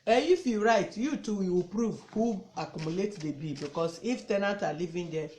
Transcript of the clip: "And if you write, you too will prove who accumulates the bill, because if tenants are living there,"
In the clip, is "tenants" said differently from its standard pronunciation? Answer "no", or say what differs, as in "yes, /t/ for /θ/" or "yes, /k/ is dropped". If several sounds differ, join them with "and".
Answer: yes, /s/ is dropped